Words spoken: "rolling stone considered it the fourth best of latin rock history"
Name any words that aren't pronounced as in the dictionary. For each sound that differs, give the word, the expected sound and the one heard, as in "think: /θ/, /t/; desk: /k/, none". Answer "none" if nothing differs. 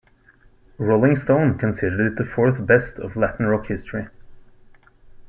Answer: none